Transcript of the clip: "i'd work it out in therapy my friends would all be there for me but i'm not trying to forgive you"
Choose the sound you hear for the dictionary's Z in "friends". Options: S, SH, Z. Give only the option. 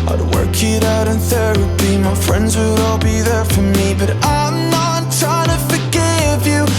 Z